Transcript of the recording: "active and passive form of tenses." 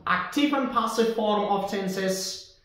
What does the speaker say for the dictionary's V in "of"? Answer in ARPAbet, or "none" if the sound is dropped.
P